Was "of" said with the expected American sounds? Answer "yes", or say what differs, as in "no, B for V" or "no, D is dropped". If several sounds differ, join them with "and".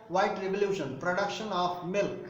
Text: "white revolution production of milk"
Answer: no, P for V